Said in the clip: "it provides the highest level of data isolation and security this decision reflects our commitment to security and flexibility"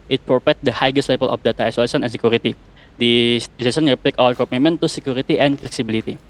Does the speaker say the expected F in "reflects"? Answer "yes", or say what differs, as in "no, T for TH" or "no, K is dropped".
no, P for F